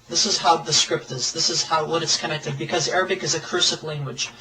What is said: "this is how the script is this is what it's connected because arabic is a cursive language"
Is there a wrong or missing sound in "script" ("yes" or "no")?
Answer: no